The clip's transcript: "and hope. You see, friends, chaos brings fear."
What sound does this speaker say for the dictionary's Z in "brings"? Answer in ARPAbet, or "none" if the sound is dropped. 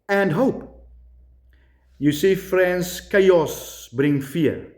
none